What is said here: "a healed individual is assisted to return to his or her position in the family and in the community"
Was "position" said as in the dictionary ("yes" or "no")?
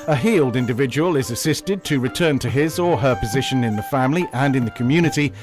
yes